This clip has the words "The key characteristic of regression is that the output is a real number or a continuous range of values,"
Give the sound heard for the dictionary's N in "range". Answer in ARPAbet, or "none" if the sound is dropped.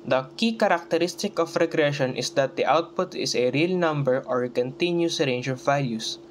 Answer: N